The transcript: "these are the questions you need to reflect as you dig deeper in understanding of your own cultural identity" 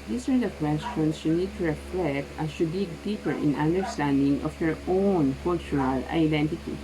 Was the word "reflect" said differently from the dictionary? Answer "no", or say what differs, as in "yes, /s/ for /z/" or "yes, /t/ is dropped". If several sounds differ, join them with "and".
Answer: no